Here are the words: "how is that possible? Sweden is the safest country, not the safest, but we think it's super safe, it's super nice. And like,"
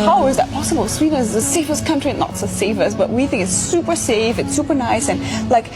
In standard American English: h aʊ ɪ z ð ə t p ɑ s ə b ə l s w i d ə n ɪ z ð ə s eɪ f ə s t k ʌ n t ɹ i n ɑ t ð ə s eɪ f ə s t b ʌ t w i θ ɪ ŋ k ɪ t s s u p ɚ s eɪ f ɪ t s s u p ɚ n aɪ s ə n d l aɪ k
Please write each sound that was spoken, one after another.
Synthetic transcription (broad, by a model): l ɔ ɪ z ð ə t p ɑ s ə b ə l s w i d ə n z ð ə s eɪ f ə s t k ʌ n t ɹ i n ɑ t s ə s eɪ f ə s b ʌ t w i θ ɪ ŋ k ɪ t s s u p ɚ s eɪ f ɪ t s s u p ɚ n aɪ s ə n l aɪ k